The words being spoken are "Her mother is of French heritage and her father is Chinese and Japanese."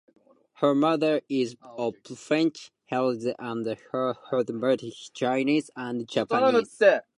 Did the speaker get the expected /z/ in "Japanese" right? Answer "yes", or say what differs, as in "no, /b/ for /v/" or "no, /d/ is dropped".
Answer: no, /z/ is dropped